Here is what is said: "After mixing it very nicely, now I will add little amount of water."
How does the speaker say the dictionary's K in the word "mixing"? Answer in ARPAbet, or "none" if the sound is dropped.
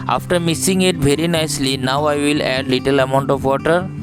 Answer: none